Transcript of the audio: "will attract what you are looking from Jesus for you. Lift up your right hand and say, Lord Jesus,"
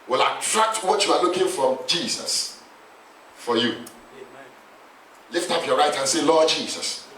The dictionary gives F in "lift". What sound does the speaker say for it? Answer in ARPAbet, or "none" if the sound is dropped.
F